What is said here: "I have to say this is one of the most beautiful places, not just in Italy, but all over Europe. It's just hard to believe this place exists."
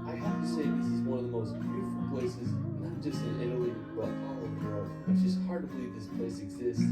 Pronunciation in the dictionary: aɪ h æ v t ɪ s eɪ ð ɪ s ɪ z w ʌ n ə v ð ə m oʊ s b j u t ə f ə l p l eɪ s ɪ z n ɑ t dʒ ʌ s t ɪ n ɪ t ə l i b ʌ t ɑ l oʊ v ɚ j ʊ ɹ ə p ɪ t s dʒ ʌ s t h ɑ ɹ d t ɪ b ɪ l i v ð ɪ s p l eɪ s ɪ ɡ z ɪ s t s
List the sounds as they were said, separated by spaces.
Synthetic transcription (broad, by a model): aɪ h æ f t ɪ s eɪ ð ɪ s ɪ z w ʌ n ə v ð ə m oʊ s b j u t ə f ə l p l eɪ s ɪ z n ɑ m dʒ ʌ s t ɪ n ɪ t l i b ʌ t ɑ l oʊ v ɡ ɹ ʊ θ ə ɪ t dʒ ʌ s t h ɑ ɹ d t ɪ b ɪ l i v ð ɪ s p l eɪ s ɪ ɡ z ɪ s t